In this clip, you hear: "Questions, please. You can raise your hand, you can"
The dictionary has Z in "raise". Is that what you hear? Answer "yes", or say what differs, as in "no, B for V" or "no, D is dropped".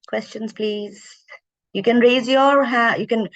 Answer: yes